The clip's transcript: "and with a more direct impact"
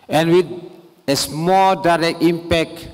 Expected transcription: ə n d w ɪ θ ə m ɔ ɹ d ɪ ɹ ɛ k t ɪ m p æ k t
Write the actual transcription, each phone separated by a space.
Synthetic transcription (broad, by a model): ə n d w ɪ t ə m ɔ l d ɪ ɹ ɛ k t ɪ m p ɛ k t